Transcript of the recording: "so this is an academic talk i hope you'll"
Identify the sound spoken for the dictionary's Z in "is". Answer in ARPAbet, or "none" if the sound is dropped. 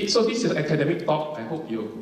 S